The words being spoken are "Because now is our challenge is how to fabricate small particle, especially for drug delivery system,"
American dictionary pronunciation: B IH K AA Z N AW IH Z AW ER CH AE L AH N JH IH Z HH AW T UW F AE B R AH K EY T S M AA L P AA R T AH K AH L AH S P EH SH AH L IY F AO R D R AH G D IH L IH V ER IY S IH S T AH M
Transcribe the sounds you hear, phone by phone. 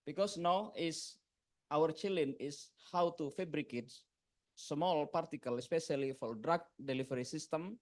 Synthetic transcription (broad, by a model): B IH K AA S N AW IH S AW ER CH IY L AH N IH S HH AW T UW F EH B R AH K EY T S M AA L P AA R T AH K AH L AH S P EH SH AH L IY F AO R D R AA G D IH L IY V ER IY S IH S T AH M